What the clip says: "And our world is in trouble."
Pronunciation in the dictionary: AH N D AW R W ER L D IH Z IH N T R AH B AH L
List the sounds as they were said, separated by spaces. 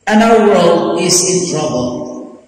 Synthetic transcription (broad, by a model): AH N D AW R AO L IH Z IH N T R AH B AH L